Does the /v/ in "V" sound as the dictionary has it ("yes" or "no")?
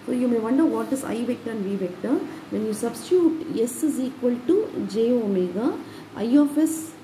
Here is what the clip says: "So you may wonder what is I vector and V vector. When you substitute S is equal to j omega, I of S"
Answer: yes